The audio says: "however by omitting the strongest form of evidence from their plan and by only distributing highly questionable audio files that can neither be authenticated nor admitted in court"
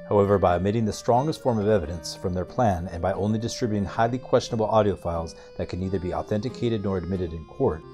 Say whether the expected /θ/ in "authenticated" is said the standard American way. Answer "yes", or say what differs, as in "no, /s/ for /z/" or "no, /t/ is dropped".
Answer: yes